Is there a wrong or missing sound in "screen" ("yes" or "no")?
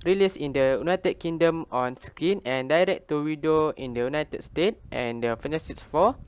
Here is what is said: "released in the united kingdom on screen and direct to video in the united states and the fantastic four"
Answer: yes